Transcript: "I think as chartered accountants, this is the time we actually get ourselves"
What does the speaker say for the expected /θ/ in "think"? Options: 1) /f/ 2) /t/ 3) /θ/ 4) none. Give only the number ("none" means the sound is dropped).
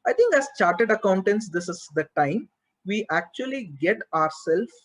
2